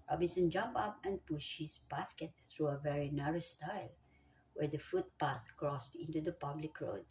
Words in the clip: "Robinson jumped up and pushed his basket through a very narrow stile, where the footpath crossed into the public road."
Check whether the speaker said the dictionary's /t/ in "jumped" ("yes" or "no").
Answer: no